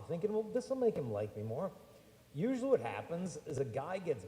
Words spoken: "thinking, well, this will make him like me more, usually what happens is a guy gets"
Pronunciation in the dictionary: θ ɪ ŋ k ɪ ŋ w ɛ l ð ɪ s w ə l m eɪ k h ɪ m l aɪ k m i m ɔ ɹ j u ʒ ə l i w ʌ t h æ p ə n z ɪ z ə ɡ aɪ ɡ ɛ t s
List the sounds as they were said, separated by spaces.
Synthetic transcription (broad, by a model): θ ɪ ŋ k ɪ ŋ w ɛ l ð ɪ s w ə l m eɪ k h ɪ m l aɪ k m i m ɔ ɹ j u ʒ l i w ʌ t h æ p ə n z ɪ z ə ɡ aɪ ɡ ɛ t s